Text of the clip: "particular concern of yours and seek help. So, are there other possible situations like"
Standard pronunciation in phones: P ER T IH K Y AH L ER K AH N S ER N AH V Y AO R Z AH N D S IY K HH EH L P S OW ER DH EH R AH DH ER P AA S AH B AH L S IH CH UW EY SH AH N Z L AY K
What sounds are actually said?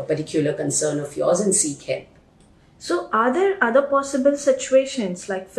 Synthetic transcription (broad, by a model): P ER T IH K Y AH L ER K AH N S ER N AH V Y AO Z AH N S IY K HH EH P S OW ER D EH R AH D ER P AA S AH B AH L S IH CH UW EY SH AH N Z L AY K